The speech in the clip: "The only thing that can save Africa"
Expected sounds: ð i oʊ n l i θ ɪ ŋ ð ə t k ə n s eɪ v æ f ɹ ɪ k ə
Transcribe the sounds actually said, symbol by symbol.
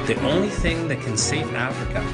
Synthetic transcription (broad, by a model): ð i oʊ n l i θ ɪ ŋ ð ə t k ə n s eɪ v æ f ɹ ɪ k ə